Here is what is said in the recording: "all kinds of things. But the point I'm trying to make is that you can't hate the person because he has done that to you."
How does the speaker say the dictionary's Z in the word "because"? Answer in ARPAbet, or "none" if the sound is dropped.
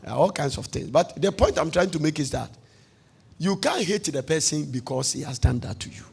S